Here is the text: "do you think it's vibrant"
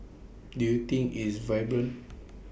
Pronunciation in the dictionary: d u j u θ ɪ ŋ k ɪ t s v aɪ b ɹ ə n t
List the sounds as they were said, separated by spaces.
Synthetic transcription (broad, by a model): d u j u t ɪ ŋ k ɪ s v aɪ b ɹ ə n